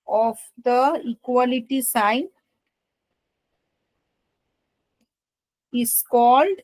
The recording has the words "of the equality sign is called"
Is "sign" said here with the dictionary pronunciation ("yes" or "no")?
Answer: yes